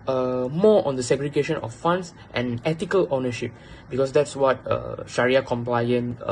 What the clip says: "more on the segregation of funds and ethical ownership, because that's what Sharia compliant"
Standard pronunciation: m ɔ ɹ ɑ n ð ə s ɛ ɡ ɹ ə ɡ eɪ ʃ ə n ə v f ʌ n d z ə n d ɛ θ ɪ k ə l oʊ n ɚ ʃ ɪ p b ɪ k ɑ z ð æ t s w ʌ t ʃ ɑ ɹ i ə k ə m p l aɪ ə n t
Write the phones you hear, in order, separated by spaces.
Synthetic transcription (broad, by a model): m ɔ ɑ n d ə s ɛ ɡ ɹ ə ɡ eɪ ʃ ə n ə f f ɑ n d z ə n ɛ t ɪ k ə l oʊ n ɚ ʃ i p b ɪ k ɑ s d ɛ t s w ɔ t ʃ ɑ ɹ i ə k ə m p l aɪ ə n